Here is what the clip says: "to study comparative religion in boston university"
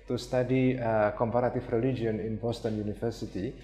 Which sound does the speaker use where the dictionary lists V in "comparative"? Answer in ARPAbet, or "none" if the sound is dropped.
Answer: F